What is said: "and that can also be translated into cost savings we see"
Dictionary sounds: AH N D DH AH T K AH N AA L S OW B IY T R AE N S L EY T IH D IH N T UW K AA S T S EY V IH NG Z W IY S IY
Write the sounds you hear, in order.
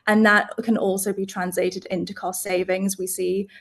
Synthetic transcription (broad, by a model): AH N DH AH T K AH N AA L S OW B IY T R AE N S L EY T IH D IH N T UW K AA S T S EY V IH NG Z W IY S IY